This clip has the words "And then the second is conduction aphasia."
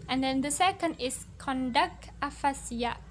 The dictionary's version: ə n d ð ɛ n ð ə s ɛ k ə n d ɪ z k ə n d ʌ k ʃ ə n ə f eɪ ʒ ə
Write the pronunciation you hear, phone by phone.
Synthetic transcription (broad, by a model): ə n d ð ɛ n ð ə s ɛ k ə n d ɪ s k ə n d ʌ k ə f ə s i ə